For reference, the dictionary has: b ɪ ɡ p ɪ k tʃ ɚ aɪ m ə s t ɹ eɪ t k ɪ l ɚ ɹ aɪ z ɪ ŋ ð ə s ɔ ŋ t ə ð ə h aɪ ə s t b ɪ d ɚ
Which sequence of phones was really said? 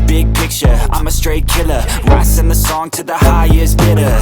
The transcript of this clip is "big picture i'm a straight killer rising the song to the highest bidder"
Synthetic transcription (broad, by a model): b ɪ ɡ p ɪ k tʃ ɚ aɪ m ə s t ɹ eɪ t k ɪ l ɚ ɹ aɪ s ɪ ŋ ð ə s ɔ ŋ t ə ð ə h aɪ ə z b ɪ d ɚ